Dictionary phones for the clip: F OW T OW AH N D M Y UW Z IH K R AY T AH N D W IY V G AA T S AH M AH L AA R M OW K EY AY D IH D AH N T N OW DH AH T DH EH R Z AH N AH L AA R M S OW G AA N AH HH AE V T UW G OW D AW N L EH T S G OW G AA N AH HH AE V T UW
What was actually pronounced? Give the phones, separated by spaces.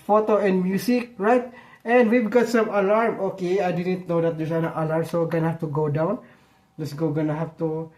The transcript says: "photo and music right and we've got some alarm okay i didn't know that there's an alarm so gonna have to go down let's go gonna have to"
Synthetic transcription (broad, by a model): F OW T OW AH N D M Y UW S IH K R AY T AH N D W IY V G AA T S AH M AH L AA R M OW K EY AY D IH D AH N T N OW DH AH T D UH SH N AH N AH L AA R M S OW G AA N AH HH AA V T UW G OW D AW N L EH T S G OW G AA N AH HH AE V T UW